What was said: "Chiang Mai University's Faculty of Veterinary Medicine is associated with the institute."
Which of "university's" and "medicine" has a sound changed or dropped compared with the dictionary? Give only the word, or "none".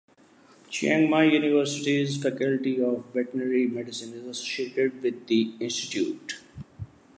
none